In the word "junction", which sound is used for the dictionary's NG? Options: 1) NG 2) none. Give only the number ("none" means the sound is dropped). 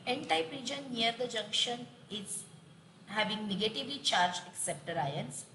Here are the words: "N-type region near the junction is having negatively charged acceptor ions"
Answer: 1